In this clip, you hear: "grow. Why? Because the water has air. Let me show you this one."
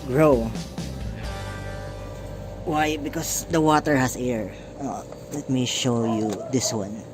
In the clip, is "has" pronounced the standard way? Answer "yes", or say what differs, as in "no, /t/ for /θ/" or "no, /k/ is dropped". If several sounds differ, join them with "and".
no, /s/ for /z/